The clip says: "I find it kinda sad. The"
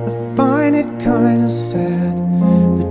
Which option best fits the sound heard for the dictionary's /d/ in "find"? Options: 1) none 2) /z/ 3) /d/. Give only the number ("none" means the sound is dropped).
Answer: 1